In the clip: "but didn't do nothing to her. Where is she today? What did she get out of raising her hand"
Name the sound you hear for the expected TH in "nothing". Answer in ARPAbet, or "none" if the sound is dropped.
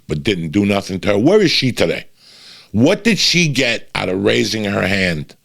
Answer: TH